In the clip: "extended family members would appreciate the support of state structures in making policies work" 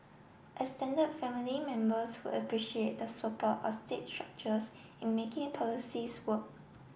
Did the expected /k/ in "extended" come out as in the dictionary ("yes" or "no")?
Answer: no